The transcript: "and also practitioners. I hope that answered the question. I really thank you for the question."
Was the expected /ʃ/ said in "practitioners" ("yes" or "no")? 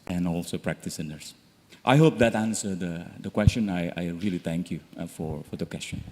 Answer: no